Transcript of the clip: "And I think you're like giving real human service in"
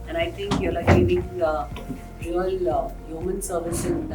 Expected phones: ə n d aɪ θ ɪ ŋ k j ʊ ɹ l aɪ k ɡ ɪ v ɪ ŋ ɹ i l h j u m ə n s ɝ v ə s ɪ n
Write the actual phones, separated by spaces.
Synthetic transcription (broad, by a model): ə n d aɪ t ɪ ŋ k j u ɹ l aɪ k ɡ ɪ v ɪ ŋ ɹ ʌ l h j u m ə n s ɝ v ə s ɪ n